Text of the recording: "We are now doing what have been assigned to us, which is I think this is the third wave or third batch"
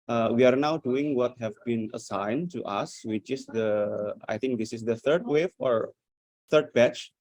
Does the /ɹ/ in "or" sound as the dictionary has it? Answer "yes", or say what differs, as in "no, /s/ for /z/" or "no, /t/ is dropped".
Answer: yes